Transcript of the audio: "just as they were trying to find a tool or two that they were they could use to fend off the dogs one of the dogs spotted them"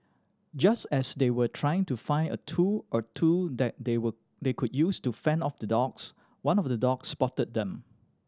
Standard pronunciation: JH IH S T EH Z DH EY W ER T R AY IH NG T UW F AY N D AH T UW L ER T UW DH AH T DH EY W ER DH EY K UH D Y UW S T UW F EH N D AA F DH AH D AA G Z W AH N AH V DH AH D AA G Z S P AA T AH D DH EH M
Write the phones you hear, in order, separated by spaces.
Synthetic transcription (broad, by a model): JH IH S T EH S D EY W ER T R AY IH NG T UW F AY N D AH T UW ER T UW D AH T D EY W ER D EY K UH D Y UW S T UW F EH N AA F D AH D AA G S W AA N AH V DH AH D AA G S P AA T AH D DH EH M